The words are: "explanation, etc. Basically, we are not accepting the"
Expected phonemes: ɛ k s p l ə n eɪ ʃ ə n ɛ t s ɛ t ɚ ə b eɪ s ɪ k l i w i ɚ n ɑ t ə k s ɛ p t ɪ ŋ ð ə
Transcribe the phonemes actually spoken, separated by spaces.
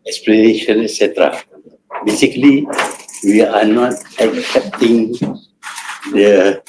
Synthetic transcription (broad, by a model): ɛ k s p l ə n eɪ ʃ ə n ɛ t s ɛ t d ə b eɪ s ɪ k l i w i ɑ n ɑ t ə k s ɛ p t ɪ ŋ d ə